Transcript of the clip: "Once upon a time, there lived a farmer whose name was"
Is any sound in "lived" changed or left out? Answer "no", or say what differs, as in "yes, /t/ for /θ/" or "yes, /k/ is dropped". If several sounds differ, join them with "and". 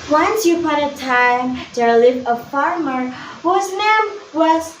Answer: yes, /d/ is dropped